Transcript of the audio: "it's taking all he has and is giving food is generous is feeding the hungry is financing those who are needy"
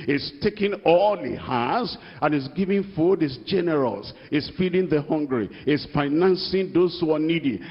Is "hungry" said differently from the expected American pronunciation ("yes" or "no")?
no